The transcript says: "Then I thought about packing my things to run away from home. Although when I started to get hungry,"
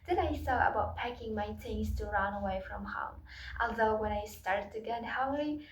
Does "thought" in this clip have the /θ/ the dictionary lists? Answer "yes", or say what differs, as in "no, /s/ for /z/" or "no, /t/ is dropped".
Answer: no, /s/ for /θ/